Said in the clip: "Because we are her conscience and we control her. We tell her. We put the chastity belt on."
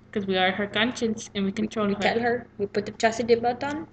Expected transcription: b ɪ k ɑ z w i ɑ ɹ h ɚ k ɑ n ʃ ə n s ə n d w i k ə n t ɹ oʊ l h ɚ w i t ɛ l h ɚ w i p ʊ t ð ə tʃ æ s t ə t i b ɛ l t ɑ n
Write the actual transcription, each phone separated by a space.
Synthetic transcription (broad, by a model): k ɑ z w i ɑ ɹ h ɚ k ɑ n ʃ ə n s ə n w i k ə n t ɹ oʊ l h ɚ t ɛ l h ɚ w i p ʊ t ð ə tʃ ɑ s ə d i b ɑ t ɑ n